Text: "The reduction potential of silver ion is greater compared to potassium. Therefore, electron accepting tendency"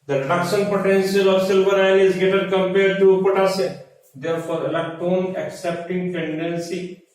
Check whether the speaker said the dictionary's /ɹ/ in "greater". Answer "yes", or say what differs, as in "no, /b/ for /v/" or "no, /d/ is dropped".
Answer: no, /ɹ/ is dropped